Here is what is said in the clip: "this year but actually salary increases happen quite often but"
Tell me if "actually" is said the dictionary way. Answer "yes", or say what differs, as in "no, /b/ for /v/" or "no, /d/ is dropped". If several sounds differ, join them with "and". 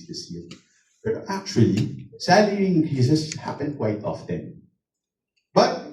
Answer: yes